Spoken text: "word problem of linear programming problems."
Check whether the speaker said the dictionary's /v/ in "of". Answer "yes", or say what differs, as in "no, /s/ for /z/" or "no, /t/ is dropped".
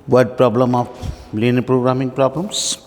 no, /p/ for /v/